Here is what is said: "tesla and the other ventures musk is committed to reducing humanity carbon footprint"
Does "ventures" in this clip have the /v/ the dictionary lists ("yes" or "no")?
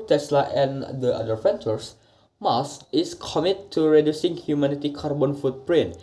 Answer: no